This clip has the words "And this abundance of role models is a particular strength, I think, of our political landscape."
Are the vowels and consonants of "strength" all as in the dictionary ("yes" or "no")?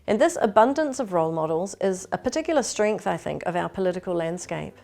yes